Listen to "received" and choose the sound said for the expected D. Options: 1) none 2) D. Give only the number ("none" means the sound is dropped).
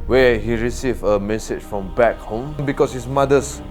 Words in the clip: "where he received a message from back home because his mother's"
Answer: 1